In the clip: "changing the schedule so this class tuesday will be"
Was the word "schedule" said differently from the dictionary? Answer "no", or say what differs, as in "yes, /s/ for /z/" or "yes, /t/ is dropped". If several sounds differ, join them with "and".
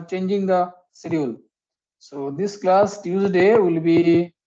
yes, /dʒ/ is dropped